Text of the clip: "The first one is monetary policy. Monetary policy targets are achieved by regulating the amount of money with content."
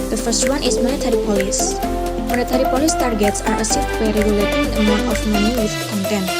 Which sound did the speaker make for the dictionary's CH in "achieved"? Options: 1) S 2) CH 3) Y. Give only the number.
1